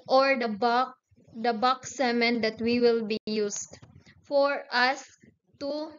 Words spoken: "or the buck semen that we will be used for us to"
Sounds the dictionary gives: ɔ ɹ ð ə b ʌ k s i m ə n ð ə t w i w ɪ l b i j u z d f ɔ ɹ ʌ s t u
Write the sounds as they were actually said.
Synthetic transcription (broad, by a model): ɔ ɹ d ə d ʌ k s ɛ m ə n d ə t w i w ɪ l b i j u s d f ɔ ɹ ʌ s t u